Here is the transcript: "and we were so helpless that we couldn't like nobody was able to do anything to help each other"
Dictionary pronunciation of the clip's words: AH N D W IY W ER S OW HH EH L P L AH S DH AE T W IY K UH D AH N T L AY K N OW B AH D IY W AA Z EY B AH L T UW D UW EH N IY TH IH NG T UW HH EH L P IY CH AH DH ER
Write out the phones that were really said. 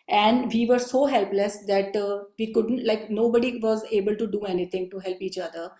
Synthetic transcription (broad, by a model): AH N D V IY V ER S OW HH EH L P L AH S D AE T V IY K UH D AH N T L AY K N OW B AH D IY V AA Z EY B AH L T UW D UW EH N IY T IH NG T UW HH EH L P IY CH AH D ER